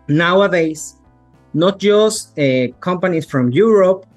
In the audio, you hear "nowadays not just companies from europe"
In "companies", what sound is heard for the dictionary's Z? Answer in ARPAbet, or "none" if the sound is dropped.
S